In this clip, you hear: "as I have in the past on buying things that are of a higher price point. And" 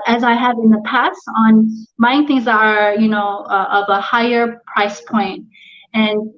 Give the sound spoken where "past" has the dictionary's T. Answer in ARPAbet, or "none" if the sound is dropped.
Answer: T